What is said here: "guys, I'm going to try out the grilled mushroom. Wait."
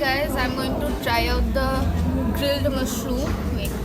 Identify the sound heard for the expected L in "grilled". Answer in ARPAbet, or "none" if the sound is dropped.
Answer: L